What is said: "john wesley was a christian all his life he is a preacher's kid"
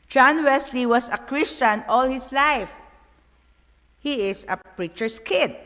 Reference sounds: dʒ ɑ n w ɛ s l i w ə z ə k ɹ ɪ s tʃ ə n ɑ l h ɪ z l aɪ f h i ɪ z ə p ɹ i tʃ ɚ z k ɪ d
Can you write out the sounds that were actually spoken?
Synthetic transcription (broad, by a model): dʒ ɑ n w ɛ s l i w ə s ə k ɹ ɪ s tʃ ə n ɑ l h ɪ s l aɪ f h i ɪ s ə p ɹ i tʃ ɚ s k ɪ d